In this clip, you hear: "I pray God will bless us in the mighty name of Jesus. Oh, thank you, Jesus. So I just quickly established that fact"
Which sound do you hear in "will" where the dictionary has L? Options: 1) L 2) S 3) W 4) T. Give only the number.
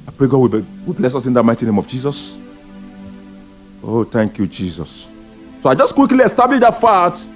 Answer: 3